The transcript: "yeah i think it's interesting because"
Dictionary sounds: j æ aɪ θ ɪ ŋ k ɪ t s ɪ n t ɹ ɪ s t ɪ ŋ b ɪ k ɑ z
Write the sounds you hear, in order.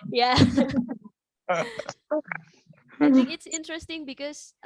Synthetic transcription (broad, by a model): j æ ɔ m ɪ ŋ ɪ t s ɪ n t ɹ ɪ s t ɪ ŋ b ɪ k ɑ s